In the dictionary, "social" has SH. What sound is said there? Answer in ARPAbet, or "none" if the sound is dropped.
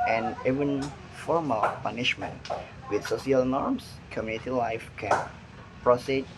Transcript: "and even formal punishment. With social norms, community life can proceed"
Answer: S